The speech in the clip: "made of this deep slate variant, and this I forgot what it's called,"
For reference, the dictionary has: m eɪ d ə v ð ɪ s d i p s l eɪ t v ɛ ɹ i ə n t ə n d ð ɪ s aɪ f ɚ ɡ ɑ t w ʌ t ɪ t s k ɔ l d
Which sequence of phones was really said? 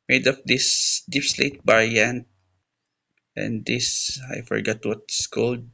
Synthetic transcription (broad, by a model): m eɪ d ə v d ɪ s d i p s l eɪ t b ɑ ɹ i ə n t ə n d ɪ s aɪ f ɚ ɡ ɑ t w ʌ ɪ t s k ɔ l d